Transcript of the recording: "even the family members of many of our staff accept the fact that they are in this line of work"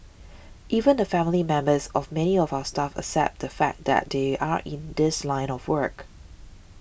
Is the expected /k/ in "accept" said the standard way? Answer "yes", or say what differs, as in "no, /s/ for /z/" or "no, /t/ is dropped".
no, /k/ is dropped